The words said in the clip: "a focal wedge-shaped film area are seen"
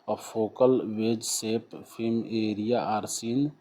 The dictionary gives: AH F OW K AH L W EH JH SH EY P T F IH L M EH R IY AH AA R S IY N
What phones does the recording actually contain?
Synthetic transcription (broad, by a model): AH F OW K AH L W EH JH S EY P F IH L M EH R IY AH AA R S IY N